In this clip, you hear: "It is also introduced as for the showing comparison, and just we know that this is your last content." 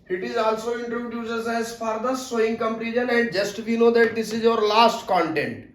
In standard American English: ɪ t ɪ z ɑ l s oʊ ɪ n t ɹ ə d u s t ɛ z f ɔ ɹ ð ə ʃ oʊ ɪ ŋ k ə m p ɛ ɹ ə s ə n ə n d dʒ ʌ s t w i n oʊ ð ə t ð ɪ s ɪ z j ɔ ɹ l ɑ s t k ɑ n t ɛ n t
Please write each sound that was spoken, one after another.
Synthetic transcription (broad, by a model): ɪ t ɪ z ɑ l s oʊ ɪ n t ɹ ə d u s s ɛ z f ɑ ɹ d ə s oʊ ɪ ŋ k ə m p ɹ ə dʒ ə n ə n d dʒ ʌ s t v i n oʊ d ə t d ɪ s ɪ z j ɔ ɹ l ɑ s t k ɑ n t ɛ n t